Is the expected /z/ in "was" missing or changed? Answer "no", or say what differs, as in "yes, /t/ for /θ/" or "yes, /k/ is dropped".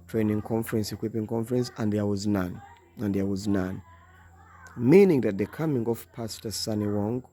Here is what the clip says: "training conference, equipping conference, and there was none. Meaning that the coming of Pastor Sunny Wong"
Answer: no